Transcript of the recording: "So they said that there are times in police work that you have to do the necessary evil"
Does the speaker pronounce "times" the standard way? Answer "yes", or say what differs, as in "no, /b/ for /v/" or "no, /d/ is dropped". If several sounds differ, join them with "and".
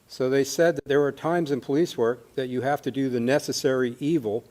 yes